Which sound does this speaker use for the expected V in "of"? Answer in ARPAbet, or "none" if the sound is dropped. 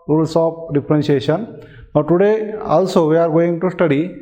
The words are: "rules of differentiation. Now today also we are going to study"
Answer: P